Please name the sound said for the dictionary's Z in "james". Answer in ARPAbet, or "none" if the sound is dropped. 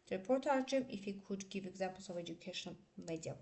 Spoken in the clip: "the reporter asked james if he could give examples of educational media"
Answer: none